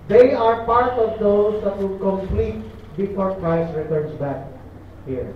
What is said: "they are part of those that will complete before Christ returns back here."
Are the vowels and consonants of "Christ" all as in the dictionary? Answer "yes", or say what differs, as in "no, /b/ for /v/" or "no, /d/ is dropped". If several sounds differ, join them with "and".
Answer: no, /ɹ/ is dropped